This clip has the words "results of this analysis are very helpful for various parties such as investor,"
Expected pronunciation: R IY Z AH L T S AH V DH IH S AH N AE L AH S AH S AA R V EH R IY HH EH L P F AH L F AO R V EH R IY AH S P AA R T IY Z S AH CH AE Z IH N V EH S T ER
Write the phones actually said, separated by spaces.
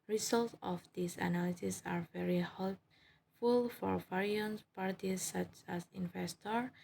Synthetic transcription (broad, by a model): R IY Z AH L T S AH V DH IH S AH N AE L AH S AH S AA R V EH R IY HH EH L F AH L F AO R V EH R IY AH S P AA R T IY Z S AH CH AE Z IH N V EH S T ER